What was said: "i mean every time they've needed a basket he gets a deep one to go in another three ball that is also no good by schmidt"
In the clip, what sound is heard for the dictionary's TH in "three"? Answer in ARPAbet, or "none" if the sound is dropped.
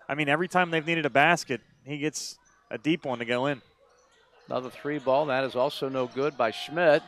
TH